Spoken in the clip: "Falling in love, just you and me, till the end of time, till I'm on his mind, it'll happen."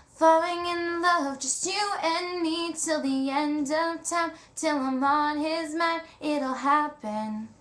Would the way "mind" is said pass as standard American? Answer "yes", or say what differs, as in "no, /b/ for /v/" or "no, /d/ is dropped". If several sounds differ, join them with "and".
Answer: no, /d/ is dropped